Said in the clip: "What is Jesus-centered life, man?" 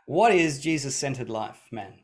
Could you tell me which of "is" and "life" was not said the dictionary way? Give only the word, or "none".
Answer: none